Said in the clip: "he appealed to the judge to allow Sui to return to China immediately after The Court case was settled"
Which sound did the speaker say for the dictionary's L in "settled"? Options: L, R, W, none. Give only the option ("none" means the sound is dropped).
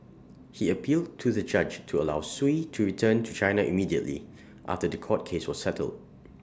L